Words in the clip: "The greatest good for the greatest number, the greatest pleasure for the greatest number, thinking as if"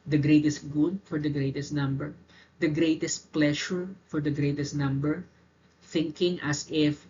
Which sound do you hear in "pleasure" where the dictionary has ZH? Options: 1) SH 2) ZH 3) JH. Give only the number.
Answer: 1